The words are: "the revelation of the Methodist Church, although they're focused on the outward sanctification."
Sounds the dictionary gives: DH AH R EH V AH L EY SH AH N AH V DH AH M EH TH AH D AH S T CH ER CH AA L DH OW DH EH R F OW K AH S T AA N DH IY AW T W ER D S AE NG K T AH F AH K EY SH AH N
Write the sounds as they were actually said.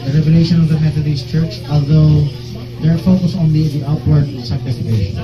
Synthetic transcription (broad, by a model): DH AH R EH V AH L EY SH AH N AH V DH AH M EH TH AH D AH S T CH ER CH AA L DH OW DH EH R F OW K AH S AA N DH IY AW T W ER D S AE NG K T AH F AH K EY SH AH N